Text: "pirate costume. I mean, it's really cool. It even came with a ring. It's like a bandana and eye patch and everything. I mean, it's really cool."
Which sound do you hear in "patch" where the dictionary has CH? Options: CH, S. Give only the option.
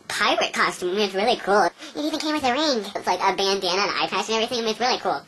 S